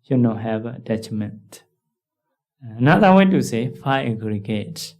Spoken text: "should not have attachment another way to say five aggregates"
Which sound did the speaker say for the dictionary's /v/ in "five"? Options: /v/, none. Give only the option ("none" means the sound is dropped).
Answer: none